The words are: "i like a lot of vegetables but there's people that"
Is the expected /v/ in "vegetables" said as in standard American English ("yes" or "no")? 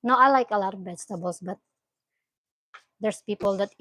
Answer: no